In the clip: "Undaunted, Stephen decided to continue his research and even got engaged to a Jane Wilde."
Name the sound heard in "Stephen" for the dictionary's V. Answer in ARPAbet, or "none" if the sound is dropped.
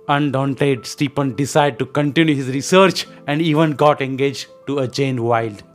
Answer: P